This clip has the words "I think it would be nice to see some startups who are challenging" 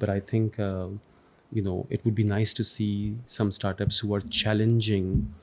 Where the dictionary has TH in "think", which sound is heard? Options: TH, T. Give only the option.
T